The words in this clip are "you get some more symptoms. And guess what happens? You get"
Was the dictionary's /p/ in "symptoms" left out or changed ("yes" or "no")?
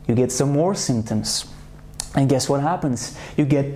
no